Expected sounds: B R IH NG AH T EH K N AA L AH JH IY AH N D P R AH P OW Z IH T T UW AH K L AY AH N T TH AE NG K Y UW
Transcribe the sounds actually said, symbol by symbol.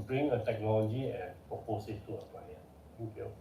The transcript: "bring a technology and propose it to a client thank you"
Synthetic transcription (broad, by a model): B R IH NG AH T EH K N AA L AH JH IY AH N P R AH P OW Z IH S T UW AH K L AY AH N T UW K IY